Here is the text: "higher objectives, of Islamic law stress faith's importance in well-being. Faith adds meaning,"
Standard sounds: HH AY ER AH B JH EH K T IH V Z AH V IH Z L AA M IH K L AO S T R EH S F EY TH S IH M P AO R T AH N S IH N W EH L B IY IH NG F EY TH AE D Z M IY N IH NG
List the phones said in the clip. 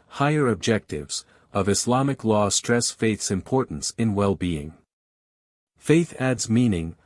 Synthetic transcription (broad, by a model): HH AY ER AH B JH EH K T IH V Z AH V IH S L AA M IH K L AO S T R EH S F EY TH S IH M P AO R T N S IH N W EH L B IY IH NG F EY TH AE D Z M IY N IH NG